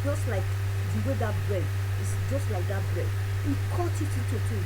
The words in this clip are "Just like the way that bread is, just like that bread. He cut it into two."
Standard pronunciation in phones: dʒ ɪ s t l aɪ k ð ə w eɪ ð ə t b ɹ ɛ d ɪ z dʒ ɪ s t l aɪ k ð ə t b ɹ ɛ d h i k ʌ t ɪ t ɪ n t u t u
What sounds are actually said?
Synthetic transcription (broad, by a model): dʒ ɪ s t l aɪ k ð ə w eɪ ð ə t b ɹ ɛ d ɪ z dʒ ɪ s t l aɪ k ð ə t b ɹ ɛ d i k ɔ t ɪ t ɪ t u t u